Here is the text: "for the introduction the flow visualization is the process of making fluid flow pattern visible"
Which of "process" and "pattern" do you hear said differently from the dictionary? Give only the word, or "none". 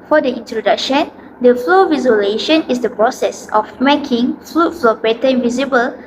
pattern